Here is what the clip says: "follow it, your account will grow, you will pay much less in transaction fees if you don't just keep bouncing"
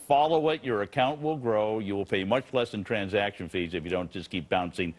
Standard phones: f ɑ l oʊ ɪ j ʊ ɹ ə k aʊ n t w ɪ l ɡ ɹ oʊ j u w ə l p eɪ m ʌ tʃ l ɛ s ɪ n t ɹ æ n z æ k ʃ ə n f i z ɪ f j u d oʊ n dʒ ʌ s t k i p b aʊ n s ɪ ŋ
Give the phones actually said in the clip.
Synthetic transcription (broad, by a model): f ɑ l oʊ ɪ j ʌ ɹ ə k aʊ n t w ɪ l ɡ ɹ oʊ j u w ə l p eɪ m ʌ tʃ l ɛ s ɪ n t ɹ æ n z æ k ʃ ə n f i z ɪ f j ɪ d oʊ n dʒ ʌ s k i p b aʊ n s ɪ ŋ